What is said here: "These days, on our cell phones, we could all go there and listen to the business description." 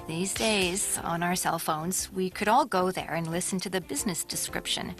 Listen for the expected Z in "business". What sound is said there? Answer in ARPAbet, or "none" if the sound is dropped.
Z